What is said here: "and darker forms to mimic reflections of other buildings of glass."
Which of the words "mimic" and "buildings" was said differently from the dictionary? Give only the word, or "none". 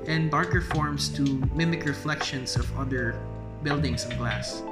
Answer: buildings